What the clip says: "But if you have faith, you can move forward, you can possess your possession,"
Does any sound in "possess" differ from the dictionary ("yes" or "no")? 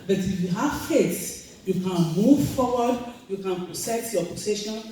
yes